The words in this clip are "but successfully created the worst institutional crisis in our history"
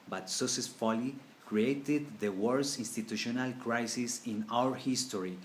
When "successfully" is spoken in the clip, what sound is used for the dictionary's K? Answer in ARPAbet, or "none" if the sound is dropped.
none